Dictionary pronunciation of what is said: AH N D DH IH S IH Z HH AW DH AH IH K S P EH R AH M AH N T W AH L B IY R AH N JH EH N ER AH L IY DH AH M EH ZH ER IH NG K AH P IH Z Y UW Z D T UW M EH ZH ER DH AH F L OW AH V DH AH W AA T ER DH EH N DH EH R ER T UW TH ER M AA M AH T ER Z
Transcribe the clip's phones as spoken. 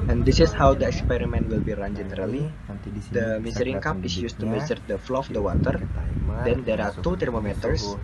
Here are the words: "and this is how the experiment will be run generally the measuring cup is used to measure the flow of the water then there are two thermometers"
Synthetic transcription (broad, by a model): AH N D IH S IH S HH AW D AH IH K S P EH R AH M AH N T W AH L B IY R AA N JH EH N ER AH L IY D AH M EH Z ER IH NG K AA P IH S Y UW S T UW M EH Z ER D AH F L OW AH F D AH W AA T ER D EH N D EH R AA T UW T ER M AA M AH T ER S